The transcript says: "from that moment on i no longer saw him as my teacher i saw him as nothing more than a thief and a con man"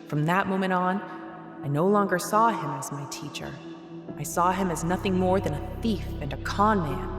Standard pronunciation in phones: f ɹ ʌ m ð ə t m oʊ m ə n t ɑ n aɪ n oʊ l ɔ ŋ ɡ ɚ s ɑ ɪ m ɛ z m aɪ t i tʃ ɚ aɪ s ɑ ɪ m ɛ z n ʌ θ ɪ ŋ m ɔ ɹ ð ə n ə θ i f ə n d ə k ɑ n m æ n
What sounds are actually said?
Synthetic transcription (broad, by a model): f ɹ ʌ m ð ə t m oʊ m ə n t n aɪ n oʊ l ɔ ŋ ɡ ɚ s ɑ ɪ m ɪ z m aɪ t i tʃ ɚ aɪ s ɑ ɪ m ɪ z n ʌ θ ɪ ŋ m ɔ ɹ ð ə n ə θ i f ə n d ə k ɑ n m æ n